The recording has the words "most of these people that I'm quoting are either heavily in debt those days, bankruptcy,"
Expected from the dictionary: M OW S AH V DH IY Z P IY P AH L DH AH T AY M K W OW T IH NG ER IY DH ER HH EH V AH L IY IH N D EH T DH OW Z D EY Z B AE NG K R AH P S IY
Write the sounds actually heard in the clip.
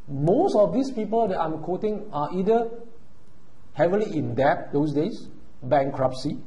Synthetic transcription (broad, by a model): M OW S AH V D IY S P IY P AH L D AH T AY M K OW T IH NG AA IY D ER HH EH V AH L IY IH N D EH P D OW S D EY S B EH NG K R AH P S IY